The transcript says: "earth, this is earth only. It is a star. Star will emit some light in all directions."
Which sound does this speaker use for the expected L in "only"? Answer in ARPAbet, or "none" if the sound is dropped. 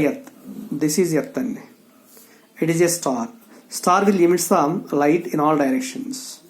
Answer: none